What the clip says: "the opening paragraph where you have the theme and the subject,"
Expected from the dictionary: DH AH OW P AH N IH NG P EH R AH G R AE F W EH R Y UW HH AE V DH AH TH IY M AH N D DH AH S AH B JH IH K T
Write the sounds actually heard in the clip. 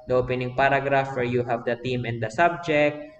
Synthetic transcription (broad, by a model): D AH OW P AH N IH NG P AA R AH G R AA F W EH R Y UW HH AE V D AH T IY M AH N D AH S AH B JH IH K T